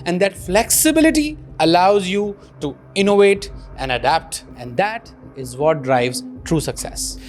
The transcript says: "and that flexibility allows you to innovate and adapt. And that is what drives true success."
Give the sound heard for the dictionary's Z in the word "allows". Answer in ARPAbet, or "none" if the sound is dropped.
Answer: Z